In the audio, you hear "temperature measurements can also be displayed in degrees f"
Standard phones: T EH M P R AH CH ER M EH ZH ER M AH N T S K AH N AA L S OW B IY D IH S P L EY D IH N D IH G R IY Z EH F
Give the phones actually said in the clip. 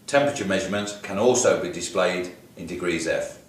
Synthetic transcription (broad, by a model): T EH M P R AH CH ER M EH ZH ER M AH N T K AH N AA L S OW B IY D IH S P L EY D IH N D IH G R IY Z EH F